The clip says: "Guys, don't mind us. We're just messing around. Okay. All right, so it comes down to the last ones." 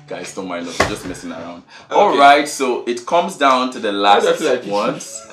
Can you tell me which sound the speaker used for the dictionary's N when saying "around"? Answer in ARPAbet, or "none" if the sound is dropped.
N